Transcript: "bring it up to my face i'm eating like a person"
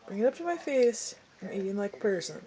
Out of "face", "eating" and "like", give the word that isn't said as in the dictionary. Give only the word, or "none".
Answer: none